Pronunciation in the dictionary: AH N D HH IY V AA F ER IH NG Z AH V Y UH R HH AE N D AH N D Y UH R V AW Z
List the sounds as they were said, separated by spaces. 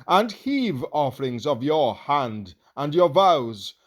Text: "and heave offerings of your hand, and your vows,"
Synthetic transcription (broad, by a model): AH N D HH IY V AA F ER IH NG Z AH V Y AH R HH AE N D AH N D Y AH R V AW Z